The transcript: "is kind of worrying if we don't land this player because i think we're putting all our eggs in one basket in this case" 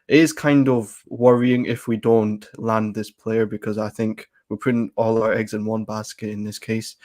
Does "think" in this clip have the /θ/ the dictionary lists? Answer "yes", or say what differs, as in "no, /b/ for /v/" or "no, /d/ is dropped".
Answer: yes